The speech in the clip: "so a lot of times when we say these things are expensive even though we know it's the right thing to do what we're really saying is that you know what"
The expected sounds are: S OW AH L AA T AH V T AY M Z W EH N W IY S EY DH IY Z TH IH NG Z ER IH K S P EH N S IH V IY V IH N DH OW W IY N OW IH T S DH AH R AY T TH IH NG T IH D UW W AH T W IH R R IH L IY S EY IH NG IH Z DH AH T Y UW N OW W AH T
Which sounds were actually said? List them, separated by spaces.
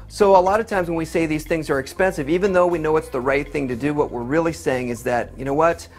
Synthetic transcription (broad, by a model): S OW AH L AA T AH V T AY M Z W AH N W IY S EY DH IY Z TH IH NG Z ER IH K S P EH N S IH V IY V IH N DH OW W IY N OW IH T S DH AH R AY T TH IH NG T IH D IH W AH T W IH R R IH L IY S EY IH NG IH Z DH AH T Y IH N OW W AH T